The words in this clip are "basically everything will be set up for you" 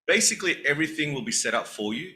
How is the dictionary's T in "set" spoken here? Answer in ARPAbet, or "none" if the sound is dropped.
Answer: T